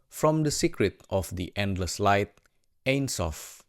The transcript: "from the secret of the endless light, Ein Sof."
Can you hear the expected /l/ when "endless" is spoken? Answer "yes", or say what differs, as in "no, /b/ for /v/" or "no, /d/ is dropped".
yes